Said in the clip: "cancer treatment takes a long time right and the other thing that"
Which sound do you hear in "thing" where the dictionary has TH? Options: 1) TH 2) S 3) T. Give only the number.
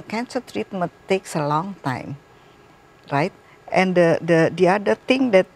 3